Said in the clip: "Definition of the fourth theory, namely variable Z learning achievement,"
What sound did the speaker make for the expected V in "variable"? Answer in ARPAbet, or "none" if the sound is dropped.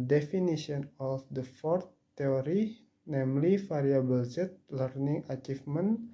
F